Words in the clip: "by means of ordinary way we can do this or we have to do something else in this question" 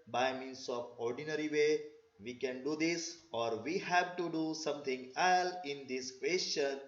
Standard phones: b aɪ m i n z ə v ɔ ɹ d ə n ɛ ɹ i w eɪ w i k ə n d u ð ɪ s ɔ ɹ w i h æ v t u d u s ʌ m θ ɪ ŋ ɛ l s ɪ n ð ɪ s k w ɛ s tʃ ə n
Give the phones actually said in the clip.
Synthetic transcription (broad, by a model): b aɪ m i n s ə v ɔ ɹ d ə n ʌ ɹ i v eɪ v i k ə n d u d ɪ s ɔ ɹ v i h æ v t u d u s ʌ m t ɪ ŋ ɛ l ɪ n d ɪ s k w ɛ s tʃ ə n